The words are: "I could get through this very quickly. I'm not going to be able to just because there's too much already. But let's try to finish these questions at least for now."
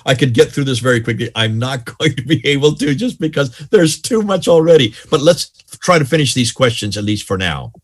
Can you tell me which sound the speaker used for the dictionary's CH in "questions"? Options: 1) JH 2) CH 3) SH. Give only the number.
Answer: 2